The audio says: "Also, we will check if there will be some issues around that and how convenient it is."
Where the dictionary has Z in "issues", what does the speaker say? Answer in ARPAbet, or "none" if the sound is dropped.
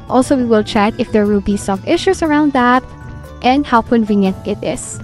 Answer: S